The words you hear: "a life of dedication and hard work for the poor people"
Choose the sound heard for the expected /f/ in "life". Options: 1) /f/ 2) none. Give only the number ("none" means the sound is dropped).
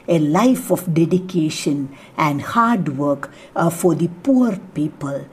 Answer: 1